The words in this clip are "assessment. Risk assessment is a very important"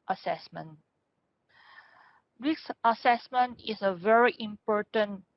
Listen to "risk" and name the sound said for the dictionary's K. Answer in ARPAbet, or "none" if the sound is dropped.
none